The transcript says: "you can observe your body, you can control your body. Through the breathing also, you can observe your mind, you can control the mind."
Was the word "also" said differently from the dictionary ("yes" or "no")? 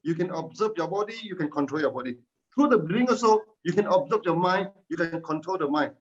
yes